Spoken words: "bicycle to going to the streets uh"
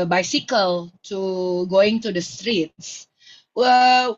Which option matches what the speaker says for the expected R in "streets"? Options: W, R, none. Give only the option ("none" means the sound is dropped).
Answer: R